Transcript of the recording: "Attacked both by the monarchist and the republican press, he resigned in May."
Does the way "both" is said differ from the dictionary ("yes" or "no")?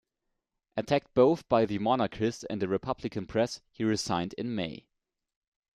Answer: no